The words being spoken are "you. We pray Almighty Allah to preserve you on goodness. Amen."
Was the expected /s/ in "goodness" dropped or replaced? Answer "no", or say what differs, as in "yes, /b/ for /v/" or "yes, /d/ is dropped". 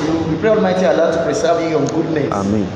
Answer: yes, /s/ is dropped